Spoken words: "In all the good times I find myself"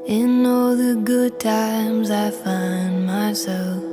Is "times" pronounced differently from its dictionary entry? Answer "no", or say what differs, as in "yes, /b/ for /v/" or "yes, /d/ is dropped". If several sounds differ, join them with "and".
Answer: no